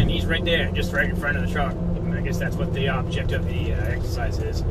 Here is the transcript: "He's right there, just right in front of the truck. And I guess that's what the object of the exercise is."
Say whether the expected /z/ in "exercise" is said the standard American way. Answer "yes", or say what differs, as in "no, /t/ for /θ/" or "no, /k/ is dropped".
yes